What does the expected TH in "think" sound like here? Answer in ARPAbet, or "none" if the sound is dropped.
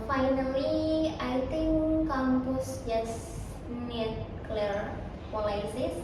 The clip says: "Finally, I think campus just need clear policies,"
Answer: T